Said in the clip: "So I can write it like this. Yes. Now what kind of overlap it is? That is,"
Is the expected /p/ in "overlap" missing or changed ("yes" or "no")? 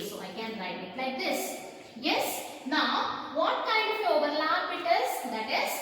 yes